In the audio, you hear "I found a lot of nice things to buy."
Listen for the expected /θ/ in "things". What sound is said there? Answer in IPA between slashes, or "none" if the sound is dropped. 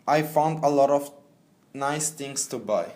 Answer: /t/